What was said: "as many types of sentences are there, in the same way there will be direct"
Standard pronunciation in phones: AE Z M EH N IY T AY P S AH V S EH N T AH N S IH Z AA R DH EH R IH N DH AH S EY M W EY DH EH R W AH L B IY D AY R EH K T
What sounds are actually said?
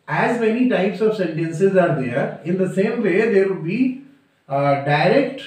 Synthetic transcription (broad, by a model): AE Z M EH N IY T AY P S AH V S EH N T AH N S IH Z AA R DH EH R IH N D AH S EY M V EY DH EH R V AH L B IY D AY R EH K T